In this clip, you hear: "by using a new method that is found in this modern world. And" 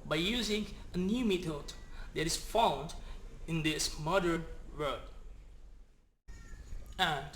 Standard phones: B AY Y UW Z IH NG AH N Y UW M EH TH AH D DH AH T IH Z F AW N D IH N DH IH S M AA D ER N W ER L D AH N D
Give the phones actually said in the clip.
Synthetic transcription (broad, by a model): B AY Y UW Z IH NG AH N Y UW M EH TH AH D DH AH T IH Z F AW N D IH N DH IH S M AA D ER N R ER D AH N